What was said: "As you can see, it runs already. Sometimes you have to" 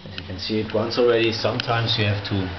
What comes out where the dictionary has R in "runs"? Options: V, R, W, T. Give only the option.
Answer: W